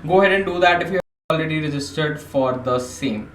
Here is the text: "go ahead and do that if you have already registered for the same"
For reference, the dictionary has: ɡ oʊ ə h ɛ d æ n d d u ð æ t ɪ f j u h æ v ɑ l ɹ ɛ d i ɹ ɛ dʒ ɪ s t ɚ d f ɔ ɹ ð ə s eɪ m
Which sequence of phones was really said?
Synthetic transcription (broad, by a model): ɡ oʊ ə h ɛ d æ n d d u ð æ t ɪ f j u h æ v ɑ l ɹ ɛ d i ɹ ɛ dʒ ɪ s t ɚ d f ɔ ɹ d ə s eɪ m